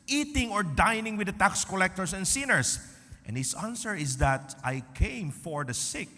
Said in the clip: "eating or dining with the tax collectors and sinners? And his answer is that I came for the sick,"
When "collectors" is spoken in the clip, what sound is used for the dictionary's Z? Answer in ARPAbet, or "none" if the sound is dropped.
S